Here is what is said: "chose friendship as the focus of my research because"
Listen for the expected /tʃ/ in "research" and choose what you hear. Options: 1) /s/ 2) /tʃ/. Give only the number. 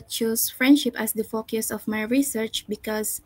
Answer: 2